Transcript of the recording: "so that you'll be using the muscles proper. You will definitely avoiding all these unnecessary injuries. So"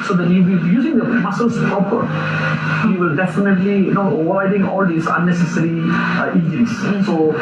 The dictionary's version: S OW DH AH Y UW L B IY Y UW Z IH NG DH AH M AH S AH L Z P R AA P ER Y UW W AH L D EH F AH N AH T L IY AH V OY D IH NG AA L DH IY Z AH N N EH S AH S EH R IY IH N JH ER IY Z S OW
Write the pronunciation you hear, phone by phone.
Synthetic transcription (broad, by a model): S OW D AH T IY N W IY Y UW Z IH NG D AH M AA S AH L S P R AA P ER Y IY W AH L D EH F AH N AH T L IY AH W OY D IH NG AA L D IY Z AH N N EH S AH S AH R IY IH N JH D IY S S OW